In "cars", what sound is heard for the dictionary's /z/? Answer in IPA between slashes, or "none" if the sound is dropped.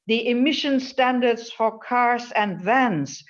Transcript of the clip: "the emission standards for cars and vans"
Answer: /s/